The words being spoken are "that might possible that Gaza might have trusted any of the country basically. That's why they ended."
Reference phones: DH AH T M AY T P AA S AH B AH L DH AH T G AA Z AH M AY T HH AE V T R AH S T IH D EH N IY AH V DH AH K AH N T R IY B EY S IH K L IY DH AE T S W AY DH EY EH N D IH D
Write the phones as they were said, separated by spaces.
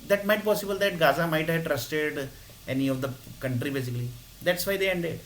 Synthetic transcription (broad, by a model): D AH T M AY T P AA S AH B AH L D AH T G AA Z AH M AY T HH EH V T R AH S T IH D EH N IY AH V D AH K AH N T R IY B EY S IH K L IY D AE T S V AY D EY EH N D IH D